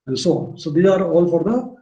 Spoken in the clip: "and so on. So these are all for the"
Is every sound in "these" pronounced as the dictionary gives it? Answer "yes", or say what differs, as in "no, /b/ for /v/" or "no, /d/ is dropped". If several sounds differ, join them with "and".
no, /z/ is dropped